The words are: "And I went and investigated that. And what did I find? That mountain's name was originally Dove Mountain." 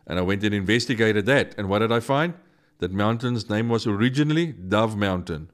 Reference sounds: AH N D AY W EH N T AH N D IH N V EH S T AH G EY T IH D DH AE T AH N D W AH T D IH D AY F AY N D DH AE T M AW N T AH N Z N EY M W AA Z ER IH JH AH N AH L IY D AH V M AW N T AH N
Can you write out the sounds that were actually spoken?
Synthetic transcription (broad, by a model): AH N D AY W EH N T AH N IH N V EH S T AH G EY T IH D DH AE T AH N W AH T D IH D AY F AY N D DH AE T M AW N T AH N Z N EY M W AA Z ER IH JH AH N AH L IY D AH V M AW N T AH N